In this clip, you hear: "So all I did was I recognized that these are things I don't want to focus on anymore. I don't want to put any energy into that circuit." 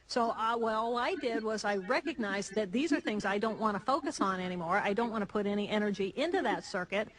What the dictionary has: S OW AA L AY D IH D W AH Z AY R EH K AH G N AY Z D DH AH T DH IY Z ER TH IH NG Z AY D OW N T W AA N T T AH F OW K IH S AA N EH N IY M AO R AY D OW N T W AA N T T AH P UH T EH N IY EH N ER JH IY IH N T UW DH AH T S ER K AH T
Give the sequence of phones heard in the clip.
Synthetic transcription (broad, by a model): S OW AA L AY D IH D W AH Z AY R EH K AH G N AY Z DH AH T DH IY Z ER TH IH NG Z AY D OW N T W AA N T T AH F OW K IH S N EH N IY M AO R AY D OW N T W AA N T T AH P UH T EH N IY EH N ER JH IY IH N T UW DH AH T S ER K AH T